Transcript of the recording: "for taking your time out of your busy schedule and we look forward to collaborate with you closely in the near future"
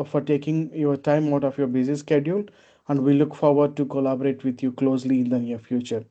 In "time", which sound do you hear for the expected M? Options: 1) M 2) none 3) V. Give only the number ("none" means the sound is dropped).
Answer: 1